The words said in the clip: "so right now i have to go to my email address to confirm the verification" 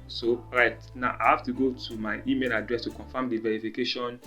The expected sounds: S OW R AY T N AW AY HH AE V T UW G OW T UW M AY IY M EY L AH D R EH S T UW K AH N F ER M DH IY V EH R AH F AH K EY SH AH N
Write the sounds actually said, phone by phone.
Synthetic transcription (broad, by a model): S OW R AY T N AW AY HH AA F T UW G OW T UW M AY IY M EY L AH D R EH S T UW K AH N F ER M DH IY V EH R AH F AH K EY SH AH N